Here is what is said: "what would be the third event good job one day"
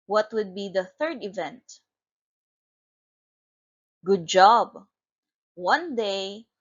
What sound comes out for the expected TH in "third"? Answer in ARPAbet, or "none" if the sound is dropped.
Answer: TH